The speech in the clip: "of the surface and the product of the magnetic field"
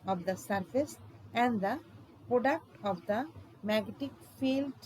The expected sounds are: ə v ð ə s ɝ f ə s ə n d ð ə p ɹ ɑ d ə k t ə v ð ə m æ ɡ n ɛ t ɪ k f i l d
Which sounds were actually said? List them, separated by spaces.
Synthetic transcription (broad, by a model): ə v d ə s ɝ f ə s ə n d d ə p ɹ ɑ d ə k t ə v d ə m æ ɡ ɛ t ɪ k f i l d